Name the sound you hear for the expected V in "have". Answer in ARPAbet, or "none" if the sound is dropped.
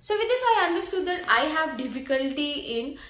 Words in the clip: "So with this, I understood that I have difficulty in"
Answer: V